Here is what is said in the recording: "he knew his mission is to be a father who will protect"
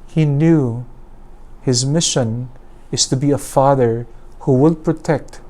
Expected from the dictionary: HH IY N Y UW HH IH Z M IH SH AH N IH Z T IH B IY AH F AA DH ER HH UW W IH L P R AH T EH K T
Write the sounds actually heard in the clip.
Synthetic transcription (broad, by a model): HH IY N Y UW HH IH Z M IH SH AH N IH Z T IH B IY AH F AA DH ER HH UW W IH L P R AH T EH K T